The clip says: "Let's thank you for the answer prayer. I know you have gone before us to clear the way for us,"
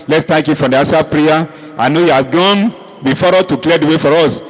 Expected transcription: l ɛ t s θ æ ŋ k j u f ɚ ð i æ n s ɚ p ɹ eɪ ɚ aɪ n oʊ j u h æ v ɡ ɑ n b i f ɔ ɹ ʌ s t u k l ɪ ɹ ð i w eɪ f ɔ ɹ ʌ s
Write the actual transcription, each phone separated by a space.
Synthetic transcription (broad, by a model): l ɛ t s t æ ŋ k j u f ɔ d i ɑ s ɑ p ɹ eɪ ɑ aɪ n oʊ j u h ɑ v ɡ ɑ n b i f ɔ ɹ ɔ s t u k l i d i w eɪ f ɔ ɹ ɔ s